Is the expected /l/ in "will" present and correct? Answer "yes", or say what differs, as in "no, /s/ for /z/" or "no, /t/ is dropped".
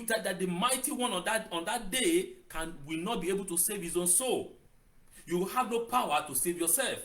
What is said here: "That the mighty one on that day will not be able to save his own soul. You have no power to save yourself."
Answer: no, /w/ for /l/